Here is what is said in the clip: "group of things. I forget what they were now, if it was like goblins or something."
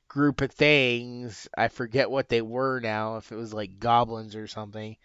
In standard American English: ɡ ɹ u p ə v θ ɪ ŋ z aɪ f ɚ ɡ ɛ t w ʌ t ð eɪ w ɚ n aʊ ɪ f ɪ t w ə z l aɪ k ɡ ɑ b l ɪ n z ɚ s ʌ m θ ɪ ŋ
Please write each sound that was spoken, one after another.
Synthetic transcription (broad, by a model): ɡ ɹ u p ə v θ ɪ ŋ z aɪ f ɚ ɡ ɛ t w ʌ t ð eɪ w ɚ n aʊ ɪ f ɪ t w ə z l aɪ k ɡ ɑ b l ɪ n z ɚ s ʌ m θ ɪ ŋ